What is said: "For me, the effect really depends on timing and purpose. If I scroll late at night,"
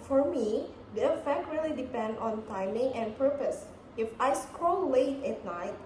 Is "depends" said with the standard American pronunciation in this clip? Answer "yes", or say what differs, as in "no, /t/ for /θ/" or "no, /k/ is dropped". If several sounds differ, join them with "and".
no, /z/ is dropped